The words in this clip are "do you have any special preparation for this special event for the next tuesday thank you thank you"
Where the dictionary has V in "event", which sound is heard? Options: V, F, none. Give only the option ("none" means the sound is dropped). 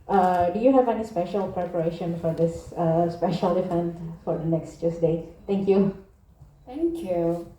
F